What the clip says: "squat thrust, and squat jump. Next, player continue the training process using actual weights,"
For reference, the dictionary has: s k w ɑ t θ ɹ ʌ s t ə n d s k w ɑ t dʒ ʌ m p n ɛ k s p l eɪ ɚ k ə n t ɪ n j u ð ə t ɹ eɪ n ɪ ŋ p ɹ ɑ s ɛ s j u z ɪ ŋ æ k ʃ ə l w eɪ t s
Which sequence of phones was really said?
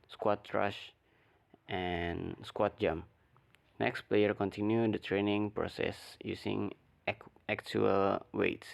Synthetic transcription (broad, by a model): s k w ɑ t ɹ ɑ ʃ t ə n s k w ɑ t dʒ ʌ m n ɛ k s p l eɪ ɚ k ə n t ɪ n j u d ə t ɹ eɪ n ɪ ŋ p ɹ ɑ s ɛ s j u s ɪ ŋ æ k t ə l w eɪ t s